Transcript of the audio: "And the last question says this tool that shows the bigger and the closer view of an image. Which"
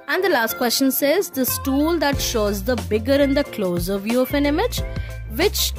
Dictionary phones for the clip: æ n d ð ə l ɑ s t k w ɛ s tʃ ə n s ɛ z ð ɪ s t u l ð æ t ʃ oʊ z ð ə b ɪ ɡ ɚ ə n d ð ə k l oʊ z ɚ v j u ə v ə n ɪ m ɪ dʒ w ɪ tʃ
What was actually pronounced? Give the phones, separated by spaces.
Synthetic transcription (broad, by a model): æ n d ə l ɑ s t k w ɛ s tʃ ə n s ɛ z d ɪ s t u l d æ t ʃ oʊ z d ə b ɪ ɡ ɚ ə n d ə k l oʊ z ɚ v j u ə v ə n ɪ m ɪ dʒ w ɪ tʃ